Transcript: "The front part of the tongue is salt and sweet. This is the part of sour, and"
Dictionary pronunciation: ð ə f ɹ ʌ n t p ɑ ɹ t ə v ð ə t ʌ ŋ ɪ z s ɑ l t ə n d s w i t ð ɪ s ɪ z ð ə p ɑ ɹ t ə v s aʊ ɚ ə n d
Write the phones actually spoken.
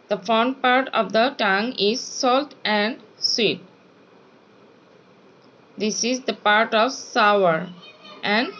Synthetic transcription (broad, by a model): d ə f ɔ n p ɑ ɹ t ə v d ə t ʌ ŋ ɪ z s ɑ l t ə n d s w i t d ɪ s ɪ z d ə p ɑ ɹ t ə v s aʊ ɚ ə n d